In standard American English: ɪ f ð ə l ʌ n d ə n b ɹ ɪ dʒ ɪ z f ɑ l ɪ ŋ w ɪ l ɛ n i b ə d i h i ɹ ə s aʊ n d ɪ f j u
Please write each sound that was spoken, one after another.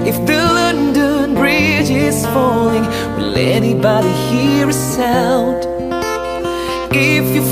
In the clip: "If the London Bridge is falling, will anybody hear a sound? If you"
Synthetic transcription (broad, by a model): ɪ f ð ə l ʌ n d ə n b ɹ ɪ dʒ ɪ z f ɑ l ɪ ŋ w ɪ l ɛ n i b ə d i h i ɹ ə s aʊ l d ɪ f j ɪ